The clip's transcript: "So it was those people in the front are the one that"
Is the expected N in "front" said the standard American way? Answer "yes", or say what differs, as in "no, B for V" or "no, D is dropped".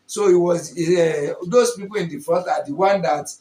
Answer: no, N is dropped